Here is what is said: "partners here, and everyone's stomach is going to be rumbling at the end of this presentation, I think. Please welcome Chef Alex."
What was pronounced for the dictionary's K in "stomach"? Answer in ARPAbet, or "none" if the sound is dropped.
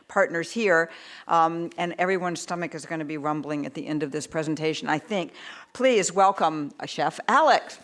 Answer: K